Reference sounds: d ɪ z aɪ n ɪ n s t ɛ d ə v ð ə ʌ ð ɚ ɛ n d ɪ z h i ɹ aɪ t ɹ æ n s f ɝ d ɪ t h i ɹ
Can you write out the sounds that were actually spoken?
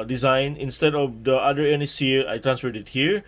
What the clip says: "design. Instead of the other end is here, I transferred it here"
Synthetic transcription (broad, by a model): d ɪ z aɪ n ɪ n s t ɛ d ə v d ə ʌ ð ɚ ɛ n ɪ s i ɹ aɪ t ɹ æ n s f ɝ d ɪ t h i ɹ